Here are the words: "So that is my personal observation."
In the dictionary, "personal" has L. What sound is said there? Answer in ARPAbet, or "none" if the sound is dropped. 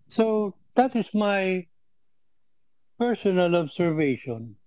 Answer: L